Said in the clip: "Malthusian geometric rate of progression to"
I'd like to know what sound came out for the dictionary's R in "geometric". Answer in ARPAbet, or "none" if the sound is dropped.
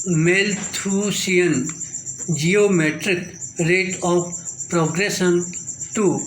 R